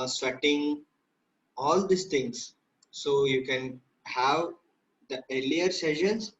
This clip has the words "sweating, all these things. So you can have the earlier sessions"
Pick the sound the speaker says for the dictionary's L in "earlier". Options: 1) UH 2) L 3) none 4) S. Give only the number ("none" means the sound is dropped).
2